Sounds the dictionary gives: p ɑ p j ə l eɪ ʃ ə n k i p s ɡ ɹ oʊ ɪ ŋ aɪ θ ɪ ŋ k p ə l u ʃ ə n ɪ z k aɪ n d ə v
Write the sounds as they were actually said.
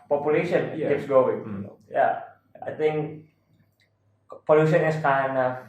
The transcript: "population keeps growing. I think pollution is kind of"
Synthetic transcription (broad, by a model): p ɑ p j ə l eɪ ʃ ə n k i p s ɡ oʊ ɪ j aɪ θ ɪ ŋ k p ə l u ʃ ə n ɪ s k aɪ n ə